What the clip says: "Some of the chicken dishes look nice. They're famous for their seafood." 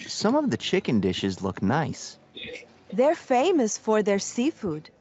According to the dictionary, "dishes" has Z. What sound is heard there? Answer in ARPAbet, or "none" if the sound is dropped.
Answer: Z